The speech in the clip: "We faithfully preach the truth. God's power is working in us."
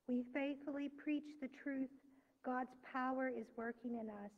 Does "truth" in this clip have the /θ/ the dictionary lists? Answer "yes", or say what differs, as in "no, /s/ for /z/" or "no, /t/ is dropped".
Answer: yes